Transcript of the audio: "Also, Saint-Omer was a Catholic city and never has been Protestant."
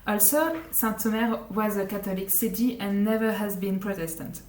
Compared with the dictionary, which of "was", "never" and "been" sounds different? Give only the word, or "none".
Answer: none